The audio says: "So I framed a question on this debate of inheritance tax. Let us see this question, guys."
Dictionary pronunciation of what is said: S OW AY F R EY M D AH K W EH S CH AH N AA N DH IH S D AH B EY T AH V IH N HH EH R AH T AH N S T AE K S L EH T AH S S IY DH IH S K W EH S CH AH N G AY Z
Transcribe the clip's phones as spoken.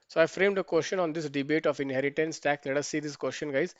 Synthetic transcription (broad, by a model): S OW AY F R EY M D AH K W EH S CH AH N AA N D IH S D AH B EY T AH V IH N HH EH R AH T AH N S T AE K S L EH T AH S S IY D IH S K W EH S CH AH N G AY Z